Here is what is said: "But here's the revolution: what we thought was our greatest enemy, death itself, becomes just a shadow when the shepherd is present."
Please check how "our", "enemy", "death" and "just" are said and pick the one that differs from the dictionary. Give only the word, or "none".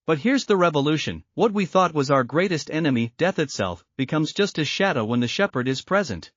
none